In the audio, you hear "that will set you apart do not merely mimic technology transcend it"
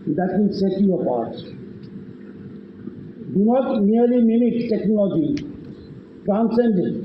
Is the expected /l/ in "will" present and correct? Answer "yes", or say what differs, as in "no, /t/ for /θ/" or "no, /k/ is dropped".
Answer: no, /n/ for /l/